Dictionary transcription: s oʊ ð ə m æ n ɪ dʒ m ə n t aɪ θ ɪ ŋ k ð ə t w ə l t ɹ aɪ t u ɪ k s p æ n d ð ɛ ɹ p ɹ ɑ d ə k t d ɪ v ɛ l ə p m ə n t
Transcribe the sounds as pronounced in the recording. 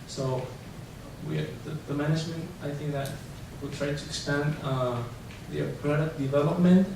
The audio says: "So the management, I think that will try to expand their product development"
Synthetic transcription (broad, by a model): s oʊ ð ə m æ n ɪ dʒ m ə n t aɪ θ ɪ ŋ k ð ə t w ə t ɹ aɪ t u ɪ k s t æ n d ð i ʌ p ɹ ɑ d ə t d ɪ v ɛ l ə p m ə n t